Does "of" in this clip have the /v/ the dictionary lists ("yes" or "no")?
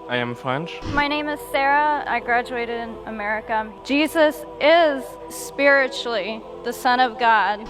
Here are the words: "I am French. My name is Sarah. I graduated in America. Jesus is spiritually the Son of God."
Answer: yes